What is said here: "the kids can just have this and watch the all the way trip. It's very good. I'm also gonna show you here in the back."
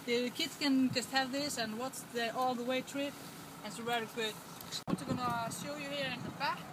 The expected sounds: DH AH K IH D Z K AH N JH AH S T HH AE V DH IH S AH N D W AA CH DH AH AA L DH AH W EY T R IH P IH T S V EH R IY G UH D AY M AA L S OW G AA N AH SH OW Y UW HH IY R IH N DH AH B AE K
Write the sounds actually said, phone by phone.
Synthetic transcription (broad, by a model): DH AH K IH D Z K AH N JH AH S T HH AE V DH IH S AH N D W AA S DH AH AA L DH AH W EY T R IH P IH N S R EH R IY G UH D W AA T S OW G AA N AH SH OW Y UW HH IY R IH N DH AH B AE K